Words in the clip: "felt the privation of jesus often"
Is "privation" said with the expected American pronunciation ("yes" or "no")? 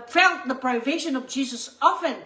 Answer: yes